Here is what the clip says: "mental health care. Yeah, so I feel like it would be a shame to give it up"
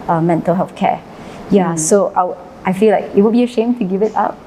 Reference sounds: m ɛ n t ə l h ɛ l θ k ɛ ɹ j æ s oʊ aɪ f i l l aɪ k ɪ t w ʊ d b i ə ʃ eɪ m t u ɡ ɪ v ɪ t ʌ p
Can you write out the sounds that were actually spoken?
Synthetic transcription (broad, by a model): m ɛ n t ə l h ɛ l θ k ɛ j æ s oʊ aɪ f i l l aɪ k ɪ t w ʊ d b i ə ʃ eɪ m t u ɡ ɪ v ɪ t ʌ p